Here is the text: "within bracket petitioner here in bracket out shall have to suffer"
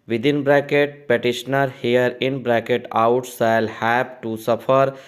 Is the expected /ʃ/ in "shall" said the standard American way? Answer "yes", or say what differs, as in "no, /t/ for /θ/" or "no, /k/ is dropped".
no, /s/ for /ʃ/